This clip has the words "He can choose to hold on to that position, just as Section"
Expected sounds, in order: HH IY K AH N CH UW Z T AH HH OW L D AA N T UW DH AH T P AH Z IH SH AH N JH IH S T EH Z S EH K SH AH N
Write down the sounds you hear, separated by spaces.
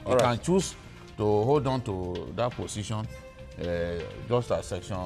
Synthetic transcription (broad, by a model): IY K AH N CH UW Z T AH HH OW L D AA N T UW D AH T P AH S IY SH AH N JH IH S T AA S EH K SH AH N